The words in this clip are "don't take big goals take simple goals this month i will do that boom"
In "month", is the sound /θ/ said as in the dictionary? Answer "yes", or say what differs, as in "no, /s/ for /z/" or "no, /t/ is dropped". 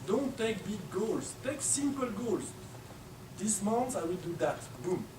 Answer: no, /s/ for /θ/